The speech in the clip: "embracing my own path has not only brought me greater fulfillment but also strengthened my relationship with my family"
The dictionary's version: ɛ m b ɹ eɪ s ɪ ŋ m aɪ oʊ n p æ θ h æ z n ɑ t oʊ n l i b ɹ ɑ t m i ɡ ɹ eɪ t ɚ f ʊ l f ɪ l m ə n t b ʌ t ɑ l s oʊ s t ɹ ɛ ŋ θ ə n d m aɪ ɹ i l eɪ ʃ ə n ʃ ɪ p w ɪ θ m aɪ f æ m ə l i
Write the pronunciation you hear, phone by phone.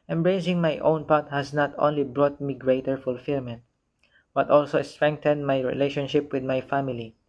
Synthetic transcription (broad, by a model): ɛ m b ɹ eɪ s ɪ ŋ m aɪ oʊ n p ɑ t h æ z n ɑ t oʊ n l i b ɹ ɑ t m i ɡ ɹ eɪ t ɚ f ʊ l f ɪ l m ə n t b ʌ t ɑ l s oʊ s t ɹ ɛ ŋ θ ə n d m aɪ ɹ i l eɪ ʃ ə n ʃ ɪ p w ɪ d m aɪ f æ m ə l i